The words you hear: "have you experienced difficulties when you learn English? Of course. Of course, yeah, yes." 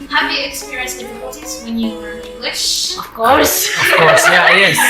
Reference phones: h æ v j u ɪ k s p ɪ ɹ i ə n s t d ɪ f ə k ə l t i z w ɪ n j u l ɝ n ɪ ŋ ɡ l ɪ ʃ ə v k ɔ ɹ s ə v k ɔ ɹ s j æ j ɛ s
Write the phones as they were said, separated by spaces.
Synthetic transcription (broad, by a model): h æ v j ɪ k s p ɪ ɹ i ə n s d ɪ f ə k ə l t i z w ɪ n j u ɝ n ɪ ŋ ɡ l ɪ ʃ ə v k ɔ ɹ s ə v k ɔ ɹ s j æ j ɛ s